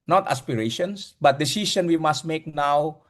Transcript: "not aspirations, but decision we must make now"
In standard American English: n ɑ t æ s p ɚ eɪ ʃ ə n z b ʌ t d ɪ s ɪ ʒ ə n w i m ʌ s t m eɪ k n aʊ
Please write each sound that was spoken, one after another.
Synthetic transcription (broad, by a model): n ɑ t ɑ s p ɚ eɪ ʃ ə n s b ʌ t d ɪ s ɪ s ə n w i m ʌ s t m eɪ k n aʊ